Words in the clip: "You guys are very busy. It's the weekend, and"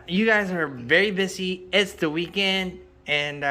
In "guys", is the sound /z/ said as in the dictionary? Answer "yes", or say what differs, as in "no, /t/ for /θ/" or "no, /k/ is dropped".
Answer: yes